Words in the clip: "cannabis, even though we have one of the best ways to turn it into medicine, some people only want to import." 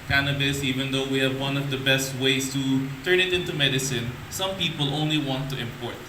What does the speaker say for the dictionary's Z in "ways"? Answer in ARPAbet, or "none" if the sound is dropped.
S